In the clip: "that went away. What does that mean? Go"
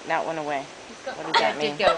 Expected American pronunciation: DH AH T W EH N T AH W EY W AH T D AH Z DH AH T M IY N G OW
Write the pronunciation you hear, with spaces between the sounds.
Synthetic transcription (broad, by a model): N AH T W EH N AH W EY W AH T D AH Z DH AH T M IY N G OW